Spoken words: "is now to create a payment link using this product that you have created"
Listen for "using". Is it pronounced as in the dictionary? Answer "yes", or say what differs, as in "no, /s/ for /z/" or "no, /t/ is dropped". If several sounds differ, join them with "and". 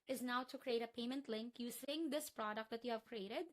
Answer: no, /s/ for /z/